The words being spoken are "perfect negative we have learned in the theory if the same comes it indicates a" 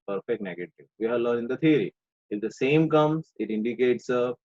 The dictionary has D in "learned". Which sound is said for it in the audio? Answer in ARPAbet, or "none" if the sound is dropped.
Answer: none